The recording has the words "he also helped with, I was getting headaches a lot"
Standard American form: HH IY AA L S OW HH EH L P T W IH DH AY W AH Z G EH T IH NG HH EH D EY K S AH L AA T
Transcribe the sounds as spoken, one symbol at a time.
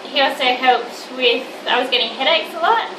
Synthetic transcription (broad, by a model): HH IY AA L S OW HH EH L P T W IH DH AY W AH Z G EH T IH NG HH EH D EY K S AH L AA T